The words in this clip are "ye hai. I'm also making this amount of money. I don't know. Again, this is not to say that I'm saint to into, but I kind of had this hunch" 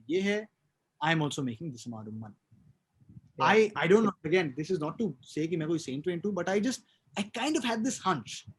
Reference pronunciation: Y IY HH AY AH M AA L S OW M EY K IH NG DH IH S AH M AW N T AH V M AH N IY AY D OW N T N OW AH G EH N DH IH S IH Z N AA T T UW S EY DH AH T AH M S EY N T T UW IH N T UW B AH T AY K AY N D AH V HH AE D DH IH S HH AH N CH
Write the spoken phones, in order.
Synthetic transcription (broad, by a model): Y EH HH AY AH M AA L S OW M EY K IH NG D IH S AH M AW T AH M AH N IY AY D OW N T N OW AH G EH N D IH S IH Z N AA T T UW S EY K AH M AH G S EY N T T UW IH N T UW B AH T AY K AY N D AH V HH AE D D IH S HH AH N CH